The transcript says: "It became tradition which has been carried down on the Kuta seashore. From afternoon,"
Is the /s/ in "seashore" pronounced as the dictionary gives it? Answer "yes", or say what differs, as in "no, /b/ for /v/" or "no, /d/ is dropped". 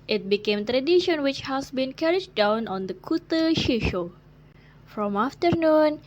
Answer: no, /ʃ/ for /s/